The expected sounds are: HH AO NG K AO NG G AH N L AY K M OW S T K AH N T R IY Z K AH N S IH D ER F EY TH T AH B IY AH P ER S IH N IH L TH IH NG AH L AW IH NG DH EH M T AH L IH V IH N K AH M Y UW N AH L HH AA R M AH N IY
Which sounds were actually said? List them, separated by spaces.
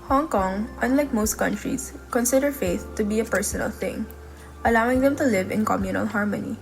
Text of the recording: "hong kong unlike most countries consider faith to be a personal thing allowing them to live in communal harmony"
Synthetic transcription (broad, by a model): HH AO NG K AO NG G AH N L AY K M OW S T K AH N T R IY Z K AH N S IH D ER F EY TH T AH B IY AH P ER S IH N IH L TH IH NG AH L AW IH NG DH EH M T AH L IH V IH N K AH M Y UW N AH L HH AA R M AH N IY